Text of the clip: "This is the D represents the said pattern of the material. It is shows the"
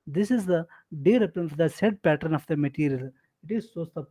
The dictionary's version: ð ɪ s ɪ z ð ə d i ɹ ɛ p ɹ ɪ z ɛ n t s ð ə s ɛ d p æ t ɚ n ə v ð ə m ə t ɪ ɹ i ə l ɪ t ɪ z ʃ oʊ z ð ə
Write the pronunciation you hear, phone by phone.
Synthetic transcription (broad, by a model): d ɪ s ɪ z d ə d i ɹ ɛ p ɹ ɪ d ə s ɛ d p æ t ɚ n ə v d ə m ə t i ɹ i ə l ɪ t ɪ z s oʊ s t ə